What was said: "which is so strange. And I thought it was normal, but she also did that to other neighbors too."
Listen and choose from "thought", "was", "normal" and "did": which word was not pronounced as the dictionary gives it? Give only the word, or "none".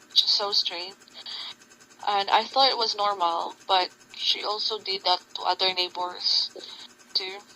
none